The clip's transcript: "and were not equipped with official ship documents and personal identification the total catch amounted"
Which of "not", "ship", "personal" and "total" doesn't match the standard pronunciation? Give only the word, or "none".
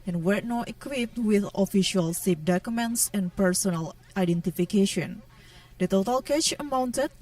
ship